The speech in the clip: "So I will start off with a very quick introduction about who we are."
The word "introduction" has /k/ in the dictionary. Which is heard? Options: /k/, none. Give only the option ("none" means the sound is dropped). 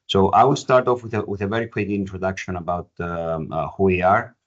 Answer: /k/